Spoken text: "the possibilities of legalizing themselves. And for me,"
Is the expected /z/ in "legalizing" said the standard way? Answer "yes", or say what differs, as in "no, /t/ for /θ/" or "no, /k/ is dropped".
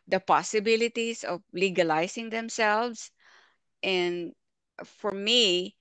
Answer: no, /s/ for /z/